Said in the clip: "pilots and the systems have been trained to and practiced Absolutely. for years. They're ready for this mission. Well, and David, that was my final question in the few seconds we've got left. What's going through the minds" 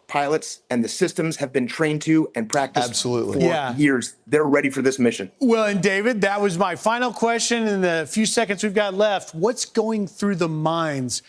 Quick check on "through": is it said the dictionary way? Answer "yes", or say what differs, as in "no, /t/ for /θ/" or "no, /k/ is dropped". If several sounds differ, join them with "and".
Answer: yes